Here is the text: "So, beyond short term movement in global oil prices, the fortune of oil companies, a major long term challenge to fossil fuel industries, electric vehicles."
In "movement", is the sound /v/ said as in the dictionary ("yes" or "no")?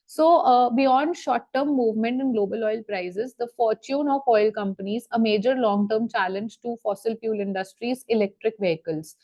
yes